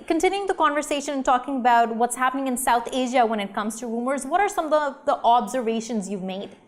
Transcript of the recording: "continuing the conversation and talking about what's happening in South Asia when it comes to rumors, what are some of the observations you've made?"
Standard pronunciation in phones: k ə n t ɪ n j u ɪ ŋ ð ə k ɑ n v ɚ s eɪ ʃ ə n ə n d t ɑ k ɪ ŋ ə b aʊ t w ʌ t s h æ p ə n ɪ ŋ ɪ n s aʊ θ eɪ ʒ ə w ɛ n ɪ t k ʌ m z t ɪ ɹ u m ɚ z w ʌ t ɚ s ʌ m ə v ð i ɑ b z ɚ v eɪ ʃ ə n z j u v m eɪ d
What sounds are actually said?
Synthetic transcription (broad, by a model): k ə n t ɪ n j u ɪ ŋ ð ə k ɑ n v ɚ s eɪ ʃ ə n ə n t ɑ k ɪ ŋ ə b aʊ t w ʌ t s h æ p ə n ɪ ŋ ɪ n s aʊ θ eɪ ʒ ə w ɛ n ɪ t k ʌ m z t ɪ ɹ u m ɚ z w ʌ t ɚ s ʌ m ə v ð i ɑ b z ɚ v eɪ ʃ ə n z j u v m eɪ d